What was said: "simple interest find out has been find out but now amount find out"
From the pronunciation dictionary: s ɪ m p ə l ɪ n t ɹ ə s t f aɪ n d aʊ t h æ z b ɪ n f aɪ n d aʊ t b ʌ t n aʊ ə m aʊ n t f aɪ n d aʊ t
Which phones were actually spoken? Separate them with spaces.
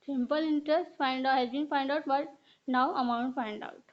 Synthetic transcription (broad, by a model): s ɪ m p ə l ɪ n t ɹ ə s t f aɪ n d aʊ h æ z b ɪ n f aɪ n d aʊ t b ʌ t n aʊ ə m aʊ n t f aɪ n d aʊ t